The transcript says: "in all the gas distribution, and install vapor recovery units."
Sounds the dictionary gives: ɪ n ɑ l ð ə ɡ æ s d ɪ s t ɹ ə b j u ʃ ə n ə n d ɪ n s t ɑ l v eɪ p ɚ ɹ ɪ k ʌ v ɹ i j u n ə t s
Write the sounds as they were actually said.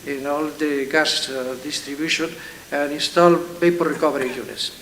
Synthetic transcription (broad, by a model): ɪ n ɑ l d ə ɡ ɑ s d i s t ɹ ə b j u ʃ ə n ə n ɪ n s t ɑ l b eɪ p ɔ ɹ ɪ k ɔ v ɹ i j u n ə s